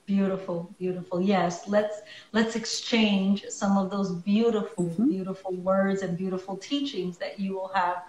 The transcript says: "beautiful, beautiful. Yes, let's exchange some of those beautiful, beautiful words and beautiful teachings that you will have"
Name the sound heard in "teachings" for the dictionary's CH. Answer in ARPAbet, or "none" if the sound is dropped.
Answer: CH